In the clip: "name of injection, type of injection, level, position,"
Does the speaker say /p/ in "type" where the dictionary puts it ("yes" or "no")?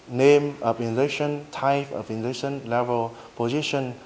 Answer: no